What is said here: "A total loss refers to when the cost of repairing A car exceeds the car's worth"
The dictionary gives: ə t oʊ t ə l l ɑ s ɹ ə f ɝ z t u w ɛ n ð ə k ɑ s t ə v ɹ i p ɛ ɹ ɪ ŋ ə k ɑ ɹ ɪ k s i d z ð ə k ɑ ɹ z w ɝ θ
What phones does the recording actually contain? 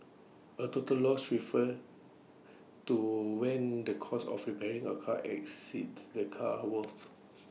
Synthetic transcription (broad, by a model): ə t oʊ t ə l l ɑ s ɹ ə f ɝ t u w ɛ n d ə k ɑ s ə f ɹ i p ɛ ɹ ɪ ŋ ə k ɑ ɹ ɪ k s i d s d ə k ɑ w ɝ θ